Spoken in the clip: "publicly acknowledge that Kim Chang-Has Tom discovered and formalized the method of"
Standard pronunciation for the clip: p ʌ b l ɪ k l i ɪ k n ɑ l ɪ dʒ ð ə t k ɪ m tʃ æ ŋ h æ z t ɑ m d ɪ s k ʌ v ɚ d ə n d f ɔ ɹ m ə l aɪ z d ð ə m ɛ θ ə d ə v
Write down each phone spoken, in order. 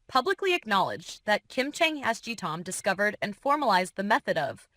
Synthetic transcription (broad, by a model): p ʌ b l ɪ k l i ɪ k n ɑ l ɪ dʒ ð ə t k ɪ m tʃ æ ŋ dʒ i t ɑ m d ɪ s k ʌ v ɚ d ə n f ɔ ɹ m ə l aɪ z ð ə m ɛ θ ə d ə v